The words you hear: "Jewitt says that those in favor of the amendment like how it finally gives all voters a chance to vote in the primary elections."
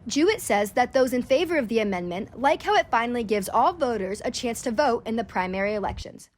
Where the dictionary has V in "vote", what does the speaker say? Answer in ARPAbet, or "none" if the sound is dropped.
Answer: V